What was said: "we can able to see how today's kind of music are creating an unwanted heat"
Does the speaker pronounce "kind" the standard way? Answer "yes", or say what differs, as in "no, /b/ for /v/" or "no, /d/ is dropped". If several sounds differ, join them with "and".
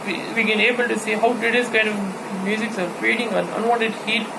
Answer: yes